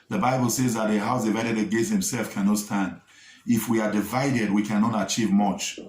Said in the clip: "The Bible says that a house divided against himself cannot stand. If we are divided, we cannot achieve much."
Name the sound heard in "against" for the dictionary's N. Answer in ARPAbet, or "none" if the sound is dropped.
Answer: none